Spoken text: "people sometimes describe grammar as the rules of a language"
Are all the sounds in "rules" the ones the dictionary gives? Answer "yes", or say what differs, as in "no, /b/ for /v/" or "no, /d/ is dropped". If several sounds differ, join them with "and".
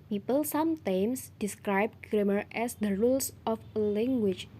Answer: no, /s/ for /z/